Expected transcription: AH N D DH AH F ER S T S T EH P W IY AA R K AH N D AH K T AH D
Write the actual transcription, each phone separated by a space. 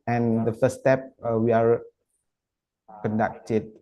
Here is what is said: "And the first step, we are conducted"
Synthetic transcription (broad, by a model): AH N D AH F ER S S T EH P W IY AA R K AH N D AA K T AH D